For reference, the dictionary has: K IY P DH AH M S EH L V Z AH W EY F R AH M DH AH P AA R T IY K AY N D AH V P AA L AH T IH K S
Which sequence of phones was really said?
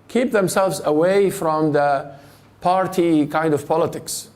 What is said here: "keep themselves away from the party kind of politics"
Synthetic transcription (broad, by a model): K IY P DH AH M S EH L V Z AH W EY F R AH M DH AH P AA R T IY K AY N D AH V P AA L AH T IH K S